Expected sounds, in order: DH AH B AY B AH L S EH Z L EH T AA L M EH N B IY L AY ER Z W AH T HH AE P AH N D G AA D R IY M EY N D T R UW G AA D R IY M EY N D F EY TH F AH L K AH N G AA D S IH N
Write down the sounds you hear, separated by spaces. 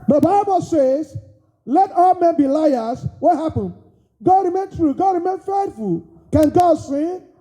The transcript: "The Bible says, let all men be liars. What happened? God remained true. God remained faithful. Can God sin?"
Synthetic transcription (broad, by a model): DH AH B AY B AH L S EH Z L EH T AA L M EH N B IY L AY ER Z W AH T HH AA P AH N G AA D R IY M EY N T R UW G AA D R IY M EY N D F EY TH F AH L K AH N G AA D S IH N